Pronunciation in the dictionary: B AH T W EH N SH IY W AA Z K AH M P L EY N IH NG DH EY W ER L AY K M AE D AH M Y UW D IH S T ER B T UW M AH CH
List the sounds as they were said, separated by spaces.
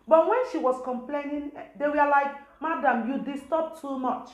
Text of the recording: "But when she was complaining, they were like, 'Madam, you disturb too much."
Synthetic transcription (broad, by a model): B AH T W EH N SH IY W AA S K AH M P L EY N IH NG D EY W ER L AY K M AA D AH M Y UW D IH S T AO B T UW M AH CH